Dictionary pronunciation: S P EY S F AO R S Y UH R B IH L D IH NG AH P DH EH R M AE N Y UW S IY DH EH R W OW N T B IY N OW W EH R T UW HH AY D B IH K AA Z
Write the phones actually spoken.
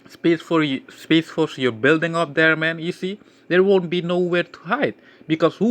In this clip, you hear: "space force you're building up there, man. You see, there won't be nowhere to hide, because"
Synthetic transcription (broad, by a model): S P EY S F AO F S Y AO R B IH L D IH NG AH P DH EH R M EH N Y UW S IY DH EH R W OW N T B IY N OW W EH R T UW HH AY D B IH K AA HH